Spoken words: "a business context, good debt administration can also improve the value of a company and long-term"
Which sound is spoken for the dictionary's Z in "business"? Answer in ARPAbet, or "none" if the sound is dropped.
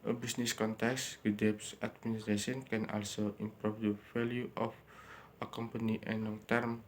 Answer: S